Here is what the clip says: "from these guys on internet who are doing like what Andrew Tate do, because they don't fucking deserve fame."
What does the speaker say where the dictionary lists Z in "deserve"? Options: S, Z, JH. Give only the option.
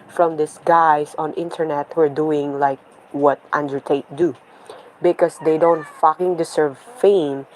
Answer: S